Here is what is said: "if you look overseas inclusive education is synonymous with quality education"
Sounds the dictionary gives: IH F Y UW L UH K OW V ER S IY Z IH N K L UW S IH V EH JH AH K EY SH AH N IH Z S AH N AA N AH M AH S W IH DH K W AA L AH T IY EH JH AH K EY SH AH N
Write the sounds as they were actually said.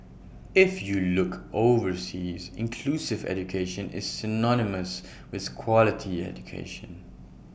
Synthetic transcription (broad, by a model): IH F Y UW L UH K OW V ER S IY Z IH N K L UW S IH V EH JH AH K EY SH AH N IH Z S AH N AA N AH M AH S W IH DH K W AA L AH T IY EH JH AH K EY SH AH N